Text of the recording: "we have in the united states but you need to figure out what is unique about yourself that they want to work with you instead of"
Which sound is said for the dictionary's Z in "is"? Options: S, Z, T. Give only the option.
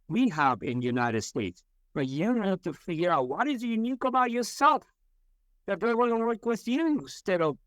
Z